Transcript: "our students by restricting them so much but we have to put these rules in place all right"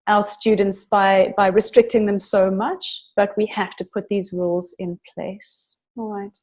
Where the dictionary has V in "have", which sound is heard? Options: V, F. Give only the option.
F